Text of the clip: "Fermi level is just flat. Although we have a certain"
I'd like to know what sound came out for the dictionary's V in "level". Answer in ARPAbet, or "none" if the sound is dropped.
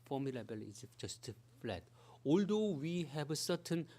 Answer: B